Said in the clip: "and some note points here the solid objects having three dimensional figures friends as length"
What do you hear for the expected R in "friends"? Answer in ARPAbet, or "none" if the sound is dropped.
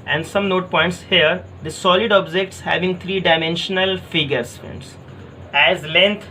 none